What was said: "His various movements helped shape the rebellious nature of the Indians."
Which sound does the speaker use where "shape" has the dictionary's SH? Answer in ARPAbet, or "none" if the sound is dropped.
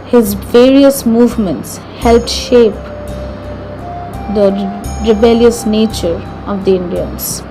SH